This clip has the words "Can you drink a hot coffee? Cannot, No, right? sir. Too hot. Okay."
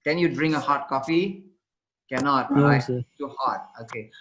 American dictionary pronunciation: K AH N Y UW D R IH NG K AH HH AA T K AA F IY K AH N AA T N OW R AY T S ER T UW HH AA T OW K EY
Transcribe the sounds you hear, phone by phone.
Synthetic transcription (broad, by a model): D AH N Y UW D R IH NG AH HH AA T K AA F IY K AH N AA T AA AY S T UW HH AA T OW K EY